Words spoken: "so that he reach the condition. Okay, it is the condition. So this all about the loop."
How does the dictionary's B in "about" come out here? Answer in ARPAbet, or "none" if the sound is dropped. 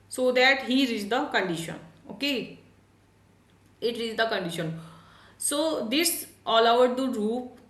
none